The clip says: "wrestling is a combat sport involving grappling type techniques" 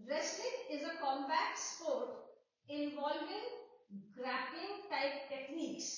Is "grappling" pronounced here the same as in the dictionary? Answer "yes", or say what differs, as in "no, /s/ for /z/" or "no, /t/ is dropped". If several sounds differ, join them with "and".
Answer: no, /l/ is dropped